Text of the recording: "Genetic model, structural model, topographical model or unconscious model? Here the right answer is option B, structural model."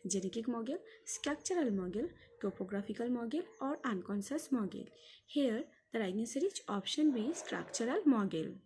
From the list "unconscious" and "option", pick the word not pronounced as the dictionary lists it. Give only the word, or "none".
unconscious